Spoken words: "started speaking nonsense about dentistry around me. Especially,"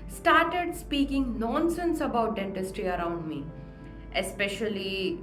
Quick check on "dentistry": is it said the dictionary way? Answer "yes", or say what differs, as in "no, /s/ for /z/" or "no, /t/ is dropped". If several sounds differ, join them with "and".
yes